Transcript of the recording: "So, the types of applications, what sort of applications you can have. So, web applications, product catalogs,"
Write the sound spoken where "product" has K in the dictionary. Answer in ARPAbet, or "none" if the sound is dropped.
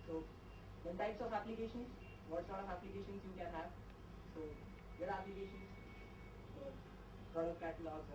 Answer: none